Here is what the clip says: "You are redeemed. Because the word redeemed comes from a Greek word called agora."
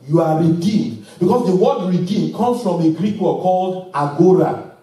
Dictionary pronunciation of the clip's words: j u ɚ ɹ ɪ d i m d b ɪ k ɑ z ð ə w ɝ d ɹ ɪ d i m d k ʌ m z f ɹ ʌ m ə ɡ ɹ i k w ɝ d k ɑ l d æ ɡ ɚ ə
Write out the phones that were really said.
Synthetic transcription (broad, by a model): j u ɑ ɹ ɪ d i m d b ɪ k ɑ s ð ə w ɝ d ɹ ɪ d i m k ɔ m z f ɹ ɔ m ə ɡ ɹ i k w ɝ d k ɑ l d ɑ ɡ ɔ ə